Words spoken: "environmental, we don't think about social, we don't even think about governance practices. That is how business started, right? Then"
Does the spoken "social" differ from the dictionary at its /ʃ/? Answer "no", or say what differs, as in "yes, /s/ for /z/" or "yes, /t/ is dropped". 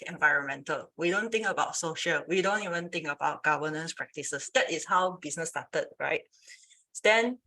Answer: no